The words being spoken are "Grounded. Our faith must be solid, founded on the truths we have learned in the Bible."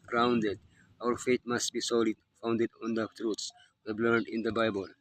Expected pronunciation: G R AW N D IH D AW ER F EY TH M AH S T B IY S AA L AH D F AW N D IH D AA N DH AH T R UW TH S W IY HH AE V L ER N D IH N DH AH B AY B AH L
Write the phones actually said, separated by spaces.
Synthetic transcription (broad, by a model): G R AW N D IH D AW ER F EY T M AH S T B IY S AA L AH D F AW N D IH D AA N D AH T R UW T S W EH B L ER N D IH N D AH B AY B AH L